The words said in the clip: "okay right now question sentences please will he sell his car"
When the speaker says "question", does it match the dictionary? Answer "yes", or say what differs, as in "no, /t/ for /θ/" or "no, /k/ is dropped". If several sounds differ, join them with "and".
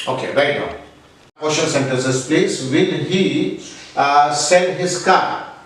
no, /l/ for /n/